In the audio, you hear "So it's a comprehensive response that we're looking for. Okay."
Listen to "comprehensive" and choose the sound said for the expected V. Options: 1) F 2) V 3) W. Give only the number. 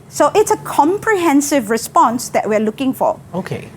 2